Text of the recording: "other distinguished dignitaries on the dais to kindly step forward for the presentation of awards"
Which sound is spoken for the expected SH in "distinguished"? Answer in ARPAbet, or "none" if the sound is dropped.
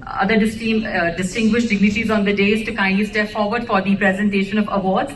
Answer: SH